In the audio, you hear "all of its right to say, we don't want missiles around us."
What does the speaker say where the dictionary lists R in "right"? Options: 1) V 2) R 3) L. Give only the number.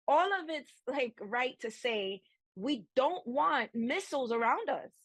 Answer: 3